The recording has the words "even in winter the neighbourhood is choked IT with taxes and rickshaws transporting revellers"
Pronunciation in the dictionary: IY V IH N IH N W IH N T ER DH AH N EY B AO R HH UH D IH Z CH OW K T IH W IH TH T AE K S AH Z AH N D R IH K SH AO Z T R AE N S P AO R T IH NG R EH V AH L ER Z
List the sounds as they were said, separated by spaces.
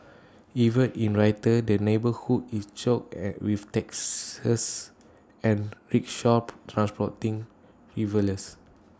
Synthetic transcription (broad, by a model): IY V IH N IH N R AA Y T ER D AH N EY B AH HH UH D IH S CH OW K IH W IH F T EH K S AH S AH N R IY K SH AO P T R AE N S P AO T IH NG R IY V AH L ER S